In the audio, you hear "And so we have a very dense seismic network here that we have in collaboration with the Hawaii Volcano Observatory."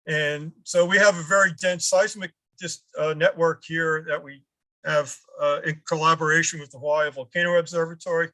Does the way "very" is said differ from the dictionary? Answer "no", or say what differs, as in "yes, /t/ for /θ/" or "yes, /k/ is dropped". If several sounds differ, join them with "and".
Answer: no